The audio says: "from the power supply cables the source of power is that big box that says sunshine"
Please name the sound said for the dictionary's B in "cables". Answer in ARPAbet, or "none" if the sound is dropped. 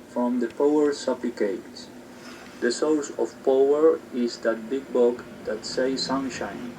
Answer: none